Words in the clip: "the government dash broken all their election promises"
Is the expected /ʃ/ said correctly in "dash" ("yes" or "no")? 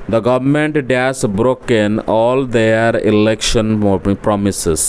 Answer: no